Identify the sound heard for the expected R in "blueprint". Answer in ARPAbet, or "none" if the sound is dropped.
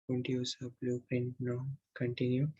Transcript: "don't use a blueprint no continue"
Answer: none